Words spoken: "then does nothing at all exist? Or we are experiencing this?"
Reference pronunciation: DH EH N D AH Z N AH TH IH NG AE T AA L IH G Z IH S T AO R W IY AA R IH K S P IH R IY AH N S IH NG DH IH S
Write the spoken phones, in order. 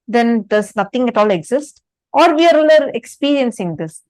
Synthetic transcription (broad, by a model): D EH N D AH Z N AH T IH NG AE T AA L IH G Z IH S T AO R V IY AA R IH K S P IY R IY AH N S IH NG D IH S